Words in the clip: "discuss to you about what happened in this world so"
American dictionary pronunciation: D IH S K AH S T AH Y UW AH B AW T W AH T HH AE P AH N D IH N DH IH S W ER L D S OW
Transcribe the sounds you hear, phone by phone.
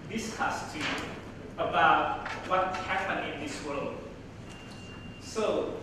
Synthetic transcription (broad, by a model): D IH S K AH S T AH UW AH B AW T W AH T HH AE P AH N IH N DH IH S W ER L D S OW